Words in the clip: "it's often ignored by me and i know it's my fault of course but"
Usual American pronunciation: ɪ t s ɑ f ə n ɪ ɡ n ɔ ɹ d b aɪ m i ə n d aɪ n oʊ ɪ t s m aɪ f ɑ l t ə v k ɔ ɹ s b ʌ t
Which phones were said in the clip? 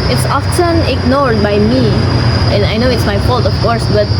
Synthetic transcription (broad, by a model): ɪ t s ɑ f ə n ɪ ɡ n ɔ ɹ d b aɪ m i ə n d aɪ n oʊ ɪ t s m aɪ f ɑ l t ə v k ɔ ɹ s b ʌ t